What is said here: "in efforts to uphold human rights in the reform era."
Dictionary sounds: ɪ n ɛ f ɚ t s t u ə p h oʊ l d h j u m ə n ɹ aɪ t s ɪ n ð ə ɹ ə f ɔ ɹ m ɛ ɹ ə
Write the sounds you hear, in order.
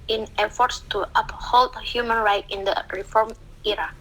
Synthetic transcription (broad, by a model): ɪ n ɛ f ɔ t s t u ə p h oʊ l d h j u m ə n ɹ aɪ t ɪ n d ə ɹ ə f ɔ ɹ m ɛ ɹ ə